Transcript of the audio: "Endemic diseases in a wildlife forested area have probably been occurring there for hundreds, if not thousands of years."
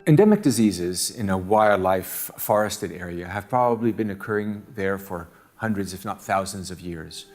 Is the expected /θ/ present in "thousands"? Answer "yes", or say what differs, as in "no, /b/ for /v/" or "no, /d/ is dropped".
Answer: yes